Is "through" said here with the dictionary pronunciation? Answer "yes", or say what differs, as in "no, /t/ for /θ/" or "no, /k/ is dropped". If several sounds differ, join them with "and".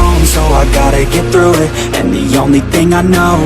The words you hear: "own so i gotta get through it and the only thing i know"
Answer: yes